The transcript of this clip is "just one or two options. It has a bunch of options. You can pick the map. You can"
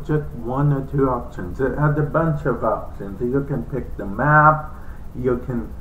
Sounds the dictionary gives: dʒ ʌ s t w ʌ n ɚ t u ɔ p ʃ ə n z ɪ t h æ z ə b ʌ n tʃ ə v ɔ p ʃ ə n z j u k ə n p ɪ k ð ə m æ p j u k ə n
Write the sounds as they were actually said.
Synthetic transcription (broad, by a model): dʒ ʌ s t w ʌ n ɚ t u ɔ p ʃ ə n z ɪ t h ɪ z ə b ʌ n tʃ ə v ɔ p ʃ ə n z j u k ə n p ɪ k ð ə m æ p j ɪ k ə n